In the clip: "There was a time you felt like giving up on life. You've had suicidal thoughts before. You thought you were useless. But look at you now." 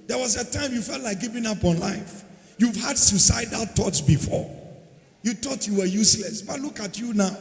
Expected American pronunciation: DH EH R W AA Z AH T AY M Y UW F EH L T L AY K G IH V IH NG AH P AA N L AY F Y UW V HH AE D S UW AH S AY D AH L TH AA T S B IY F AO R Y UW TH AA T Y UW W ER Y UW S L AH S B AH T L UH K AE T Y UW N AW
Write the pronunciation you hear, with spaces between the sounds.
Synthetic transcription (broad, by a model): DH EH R W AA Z AH T AY M Y UW F EH L T L AY K G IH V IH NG AH P AA N L AY F Y UW V HH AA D S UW S AY D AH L T AA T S B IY F AO Y UW T AA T Y UW W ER Y UW S L AH S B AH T L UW K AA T Y UW N AW